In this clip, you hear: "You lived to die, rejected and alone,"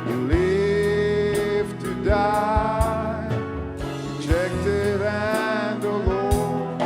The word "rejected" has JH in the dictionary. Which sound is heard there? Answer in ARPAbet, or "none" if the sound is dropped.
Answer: CH